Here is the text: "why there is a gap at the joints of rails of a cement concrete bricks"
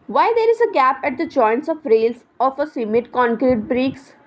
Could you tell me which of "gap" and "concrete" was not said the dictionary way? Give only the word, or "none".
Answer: none